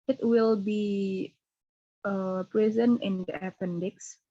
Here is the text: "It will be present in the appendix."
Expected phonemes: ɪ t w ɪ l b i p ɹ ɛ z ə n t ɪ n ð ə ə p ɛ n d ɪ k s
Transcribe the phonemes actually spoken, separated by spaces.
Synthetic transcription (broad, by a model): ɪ t w ɪ l b i p ɹ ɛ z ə n ɪ n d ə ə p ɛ n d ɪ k s